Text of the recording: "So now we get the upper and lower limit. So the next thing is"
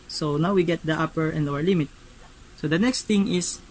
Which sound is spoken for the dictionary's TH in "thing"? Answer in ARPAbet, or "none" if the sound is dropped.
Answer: T